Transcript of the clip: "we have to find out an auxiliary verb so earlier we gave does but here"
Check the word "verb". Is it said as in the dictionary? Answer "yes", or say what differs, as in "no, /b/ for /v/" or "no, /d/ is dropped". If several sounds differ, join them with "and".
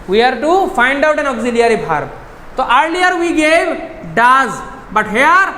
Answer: no, /b/ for /v/